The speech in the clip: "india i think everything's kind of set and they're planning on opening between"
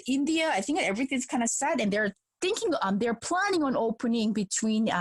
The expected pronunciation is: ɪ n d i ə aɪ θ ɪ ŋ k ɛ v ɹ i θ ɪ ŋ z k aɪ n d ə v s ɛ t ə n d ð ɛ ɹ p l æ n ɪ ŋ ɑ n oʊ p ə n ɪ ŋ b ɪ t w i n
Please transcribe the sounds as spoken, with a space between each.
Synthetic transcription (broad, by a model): ɪ n d i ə aɪ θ ɪ ŋ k ɛ v ɹ i θ ɪ ŋ z k aɪ n d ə s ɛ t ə n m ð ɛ ɹ p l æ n ɪ ŋ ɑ n oʊ p ə n ɪ ŋ b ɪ t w i n